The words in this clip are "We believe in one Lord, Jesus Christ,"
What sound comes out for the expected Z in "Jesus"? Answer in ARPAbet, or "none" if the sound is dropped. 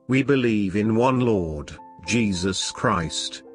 Z